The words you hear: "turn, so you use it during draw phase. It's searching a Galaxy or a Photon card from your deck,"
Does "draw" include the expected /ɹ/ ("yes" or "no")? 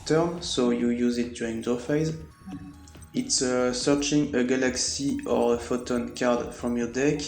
no